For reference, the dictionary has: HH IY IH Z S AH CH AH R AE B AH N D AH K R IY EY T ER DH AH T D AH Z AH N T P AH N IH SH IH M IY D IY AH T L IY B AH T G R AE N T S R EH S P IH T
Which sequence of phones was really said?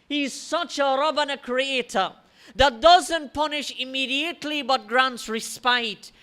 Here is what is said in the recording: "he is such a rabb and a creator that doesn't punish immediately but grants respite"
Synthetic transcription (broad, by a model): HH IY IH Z S AH CH AH R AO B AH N AH K R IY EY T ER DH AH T D AH Z AH N T P AH N IH SH IH M IY D IY AH T L IY B AH T G R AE N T S R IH S P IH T